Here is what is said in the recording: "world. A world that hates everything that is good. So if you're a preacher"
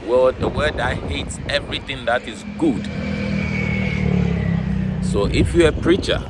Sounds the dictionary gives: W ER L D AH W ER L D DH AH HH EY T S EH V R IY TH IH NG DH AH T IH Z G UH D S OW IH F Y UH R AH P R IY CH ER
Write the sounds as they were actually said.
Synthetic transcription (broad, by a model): W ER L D AH W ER D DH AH HH EY T S EH V R IY TH IH NG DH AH T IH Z G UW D S OW IH F Y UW AH P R IY CH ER